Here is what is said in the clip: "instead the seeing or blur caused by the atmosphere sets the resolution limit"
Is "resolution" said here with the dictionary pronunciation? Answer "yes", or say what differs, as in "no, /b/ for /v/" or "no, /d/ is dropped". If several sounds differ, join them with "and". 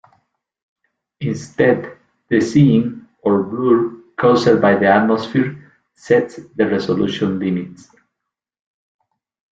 no, /s/ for /z/